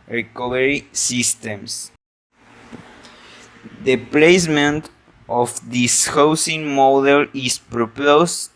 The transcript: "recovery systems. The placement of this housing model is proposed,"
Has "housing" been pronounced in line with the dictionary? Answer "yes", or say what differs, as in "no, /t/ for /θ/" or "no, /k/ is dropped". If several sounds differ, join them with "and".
no, /s/ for /z/